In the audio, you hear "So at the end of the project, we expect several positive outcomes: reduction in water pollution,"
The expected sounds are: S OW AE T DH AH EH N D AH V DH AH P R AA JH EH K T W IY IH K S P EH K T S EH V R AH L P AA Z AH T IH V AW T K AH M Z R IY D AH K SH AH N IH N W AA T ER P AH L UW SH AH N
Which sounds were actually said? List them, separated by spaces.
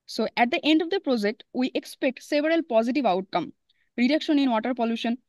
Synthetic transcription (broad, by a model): S OW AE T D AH EH N D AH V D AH P R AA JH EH K T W IY IH K S P EH K T S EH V R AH L P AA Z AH T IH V AW T K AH M R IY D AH K SH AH N IH N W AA T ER P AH L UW SH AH N